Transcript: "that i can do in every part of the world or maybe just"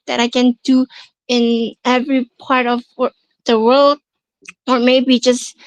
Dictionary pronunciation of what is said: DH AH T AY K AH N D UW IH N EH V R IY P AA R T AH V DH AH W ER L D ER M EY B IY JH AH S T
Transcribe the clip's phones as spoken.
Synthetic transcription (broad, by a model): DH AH T AY K AH N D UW IH N EH V R IY P AA R T AH V DH AH W ER L D ER M EY B IY JH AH S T